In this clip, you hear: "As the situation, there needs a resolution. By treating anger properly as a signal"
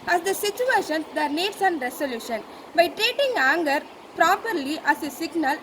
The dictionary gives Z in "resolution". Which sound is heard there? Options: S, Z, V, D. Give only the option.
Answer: S